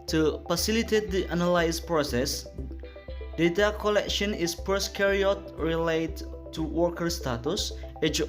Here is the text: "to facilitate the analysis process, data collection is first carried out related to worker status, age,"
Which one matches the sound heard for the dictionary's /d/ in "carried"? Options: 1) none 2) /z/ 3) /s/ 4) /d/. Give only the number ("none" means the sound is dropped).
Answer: 1